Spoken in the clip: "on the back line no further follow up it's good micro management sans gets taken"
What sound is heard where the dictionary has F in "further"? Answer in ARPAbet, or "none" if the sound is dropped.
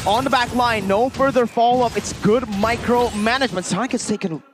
F